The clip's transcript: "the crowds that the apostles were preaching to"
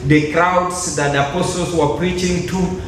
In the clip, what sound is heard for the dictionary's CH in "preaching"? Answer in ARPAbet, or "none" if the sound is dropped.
CH